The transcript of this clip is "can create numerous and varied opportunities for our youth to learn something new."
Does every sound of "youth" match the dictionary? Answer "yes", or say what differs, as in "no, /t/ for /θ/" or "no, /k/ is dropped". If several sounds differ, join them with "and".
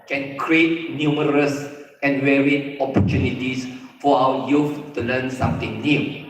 no, /f/ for /θ/